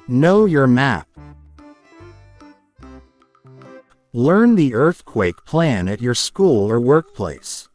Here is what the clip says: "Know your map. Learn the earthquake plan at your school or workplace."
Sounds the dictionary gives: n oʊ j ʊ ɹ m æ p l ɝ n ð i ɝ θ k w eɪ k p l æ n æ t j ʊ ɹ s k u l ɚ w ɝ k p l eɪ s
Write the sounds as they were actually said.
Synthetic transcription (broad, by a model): n oʊ j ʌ ɹ m æ p l ɝ n ð i ɝ θ k w eɪ k p l æ n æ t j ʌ ɹ s k u l ɚ w ɝ k p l eɪ s